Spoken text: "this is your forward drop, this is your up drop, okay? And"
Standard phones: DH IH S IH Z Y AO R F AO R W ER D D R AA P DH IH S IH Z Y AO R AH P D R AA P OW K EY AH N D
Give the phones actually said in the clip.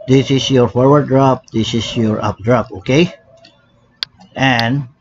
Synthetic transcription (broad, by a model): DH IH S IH S Y AO R F AO R W ER D D R AA P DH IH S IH S Y AO R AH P D R AA P OW K EY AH N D